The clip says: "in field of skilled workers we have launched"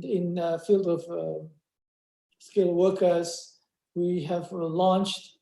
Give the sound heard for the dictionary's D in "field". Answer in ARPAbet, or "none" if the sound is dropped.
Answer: D